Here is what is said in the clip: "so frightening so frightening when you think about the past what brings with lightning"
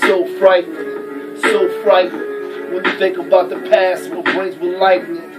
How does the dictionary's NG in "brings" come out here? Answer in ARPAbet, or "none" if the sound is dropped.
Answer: none